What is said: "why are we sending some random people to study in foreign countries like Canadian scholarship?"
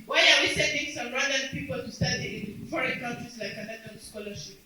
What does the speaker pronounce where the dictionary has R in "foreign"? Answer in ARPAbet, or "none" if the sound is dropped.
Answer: R